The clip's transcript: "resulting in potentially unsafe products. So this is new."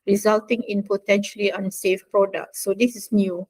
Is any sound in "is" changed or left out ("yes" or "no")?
yes